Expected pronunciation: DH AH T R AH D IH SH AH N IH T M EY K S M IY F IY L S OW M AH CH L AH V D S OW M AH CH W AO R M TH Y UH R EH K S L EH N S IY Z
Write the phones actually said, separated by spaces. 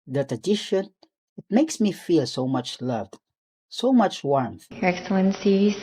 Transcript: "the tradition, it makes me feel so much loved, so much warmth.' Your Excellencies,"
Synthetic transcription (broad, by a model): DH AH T AH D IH SH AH N IH T M EY K S M IY F IY L S OW M AH CH L AH V D S OW M AH CH W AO R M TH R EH K S L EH N S IY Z